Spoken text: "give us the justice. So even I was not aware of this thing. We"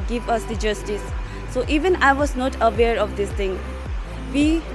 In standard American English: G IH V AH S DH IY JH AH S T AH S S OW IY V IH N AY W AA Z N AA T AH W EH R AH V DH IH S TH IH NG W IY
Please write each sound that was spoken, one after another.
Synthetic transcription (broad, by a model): G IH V AH S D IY JH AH S T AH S S OW IY V IH N AY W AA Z N AA T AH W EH R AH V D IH S T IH NG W IY